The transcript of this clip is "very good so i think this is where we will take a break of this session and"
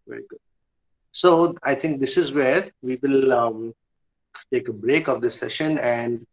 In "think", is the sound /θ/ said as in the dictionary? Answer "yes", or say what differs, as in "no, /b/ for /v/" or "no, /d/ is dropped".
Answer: no, /t/ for /θ/